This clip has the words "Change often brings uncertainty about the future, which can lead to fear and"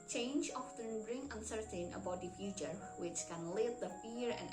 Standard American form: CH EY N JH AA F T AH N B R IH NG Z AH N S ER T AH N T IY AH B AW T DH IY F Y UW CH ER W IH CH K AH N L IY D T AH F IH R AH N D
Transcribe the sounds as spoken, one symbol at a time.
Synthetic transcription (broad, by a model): CH EY N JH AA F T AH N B R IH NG AH N S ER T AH N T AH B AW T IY F Y UW CH ER W IH CH K AH N L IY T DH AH F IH R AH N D